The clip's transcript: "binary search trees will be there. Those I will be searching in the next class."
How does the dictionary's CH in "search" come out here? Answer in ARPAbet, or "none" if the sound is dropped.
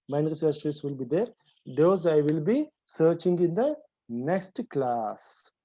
S